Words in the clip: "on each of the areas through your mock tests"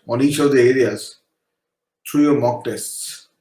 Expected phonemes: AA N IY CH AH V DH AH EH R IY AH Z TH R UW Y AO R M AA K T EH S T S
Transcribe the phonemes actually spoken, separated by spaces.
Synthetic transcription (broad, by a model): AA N IY CH AH V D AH EH R IY AH Z T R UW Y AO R M AA K T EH S T S